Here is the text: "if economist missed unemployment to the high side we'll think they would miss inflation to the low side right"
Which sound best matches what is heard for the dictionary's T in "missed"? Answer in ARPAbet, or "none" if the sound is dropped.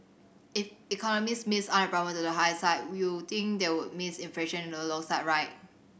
none